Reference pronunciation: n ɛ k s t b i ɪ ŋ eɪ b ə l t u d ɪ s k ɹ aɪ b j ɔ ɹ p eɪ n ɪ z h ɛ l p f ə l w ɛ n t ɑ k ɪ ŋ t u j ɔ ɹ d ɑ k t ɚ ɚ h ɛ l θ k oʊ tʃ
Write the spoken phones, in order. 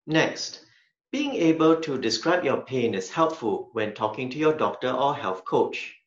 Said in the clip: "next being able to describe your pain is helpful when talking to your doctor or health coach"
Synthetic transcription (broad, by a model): n ɛ k s t b i ɪ ŋ eɪ b ə l t u d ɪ s k ɹ aɪ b j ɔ p eɪ n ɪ s h ɛ l p f ə l w ɛ n t ɑ k ɪ ŋ t u j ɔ d ɑ k t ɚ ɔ h ɛ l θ k oʊ tʃ